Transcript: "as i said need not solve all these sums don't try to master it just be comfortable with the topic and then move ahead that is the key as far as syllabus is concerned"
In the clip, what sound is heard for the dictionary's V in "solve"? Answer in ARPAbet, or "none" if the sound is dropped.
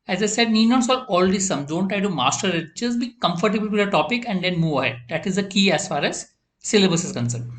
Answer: none